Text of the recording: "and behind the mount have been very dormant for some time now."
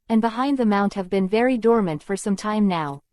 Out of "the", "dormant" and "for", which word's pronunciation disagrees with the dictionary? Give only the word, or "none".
none